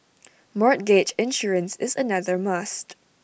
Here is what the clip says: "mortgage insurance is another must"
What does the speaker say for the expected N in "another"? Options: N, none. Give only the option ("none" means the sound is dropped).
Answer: N